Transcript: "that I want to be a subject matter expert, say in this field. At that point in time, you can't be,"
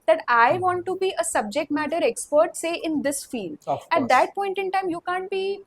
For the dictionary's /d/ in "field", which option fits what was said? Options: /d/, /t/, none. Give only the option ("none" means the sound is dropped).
none